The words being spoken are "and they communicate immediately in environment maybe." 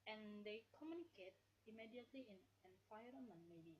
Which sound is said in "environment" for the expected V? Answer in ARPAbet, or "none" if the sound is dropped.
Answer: F